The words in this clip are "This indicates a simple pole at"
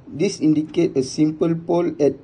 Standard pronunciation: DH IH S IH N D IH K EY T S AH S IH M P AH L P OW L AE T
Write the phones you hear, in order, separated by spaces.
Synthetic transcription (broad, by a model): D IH S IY N D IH K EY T AH S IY M P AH L P OW L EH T